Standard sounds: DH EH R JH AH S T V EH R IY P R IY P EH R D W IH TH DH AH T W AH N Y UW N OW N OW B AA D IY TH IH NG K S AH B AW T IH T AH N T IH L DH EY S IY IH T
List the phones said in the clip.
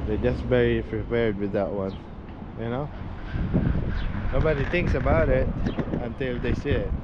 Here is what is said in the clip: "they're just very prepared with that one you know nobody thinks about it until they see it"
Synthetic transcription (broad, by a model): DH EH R JH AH S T V EH R IY P R IY P EH R D W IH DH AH T W AH N Y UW N OW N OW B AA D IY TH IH NG K S AH B AW T IH T AH N T IH L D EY S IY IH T